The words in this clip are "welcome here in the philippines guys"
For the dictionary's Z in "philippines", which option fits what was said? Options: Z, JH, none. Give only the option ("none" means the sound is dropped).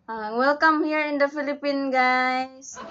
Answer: none